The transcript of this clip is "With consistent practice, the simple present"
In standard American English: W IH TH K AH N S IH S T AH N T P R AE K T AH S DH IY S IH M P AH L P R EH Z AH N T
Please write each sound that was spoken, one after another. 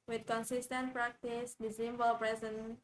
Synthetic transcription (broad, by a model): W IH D K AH N S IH S T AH N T P R AE K T AH S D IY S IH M B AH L P R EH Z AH N